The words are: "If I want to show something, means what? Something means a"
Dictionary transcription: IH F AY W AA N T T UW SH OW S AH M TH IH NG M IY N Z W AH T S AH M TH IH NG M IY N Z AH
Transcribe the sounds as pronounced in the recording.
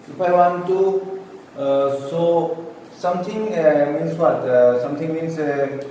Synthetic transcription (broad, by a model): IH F AY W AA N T T UW S OW S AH M T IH NG M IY N S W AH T S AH M T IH NG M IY N S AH